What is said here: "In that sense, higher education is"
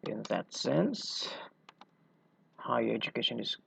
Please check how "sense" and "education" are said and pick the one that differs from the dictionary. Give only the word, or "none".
none